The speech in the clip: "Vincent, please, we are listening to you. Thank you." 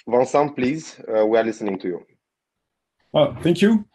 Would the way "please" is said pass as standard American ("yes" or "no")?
yes